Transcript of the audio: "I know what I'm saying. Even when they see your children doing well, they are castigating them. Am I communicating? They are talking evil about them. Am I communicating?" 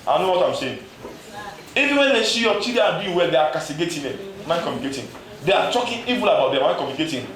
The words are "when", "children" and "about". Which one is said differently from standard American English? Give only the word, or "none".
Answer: children